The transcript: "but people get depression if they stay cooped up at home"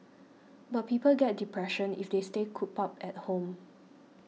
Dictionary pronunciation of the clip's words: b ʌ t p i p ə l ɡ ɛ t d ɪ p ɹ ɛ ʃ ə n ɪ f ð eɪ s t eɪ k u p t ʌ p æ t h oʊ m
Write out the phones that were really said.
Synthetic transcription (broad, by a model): b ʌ t p i p ə l ɡ ɛ t d ɪ p ɹ ɛ ʃ ə n ɪ f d eɪ s t eɪ k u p ʌ p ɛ t h oʊ m